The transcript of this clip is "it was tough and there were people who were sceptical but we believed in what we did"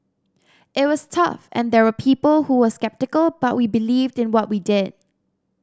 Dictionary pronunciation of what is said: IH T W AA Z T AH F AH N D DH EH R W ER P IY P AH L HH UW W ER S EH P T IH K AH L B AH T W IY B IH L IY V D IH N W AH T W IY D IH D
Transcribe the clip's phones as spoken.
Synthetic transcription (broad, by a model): IH T W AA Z T AH F AH N D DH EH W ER P IY P AH L HH UW W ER S EH P T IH K AH L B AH T W IY B IH L IY V D IH N W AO T W IY D IH D